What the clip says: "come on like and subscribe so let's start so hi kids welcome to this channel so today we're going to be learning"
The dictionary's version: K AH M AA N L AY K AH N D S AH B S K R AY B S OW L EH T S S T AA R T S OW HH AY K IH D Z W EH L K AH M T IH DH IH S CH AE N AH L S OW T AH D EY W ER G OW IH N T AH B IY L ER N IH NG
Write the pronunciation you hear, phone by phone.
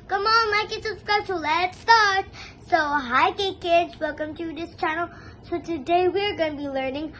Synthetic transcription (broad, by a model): K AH M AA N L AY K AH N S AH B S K AY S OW L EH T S S T AA R T S OW HH AY K IH D Z W EH L K AH M T IH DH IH S CH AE N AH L S OW T AH D EY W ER G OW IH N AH B IY L ER N IH NG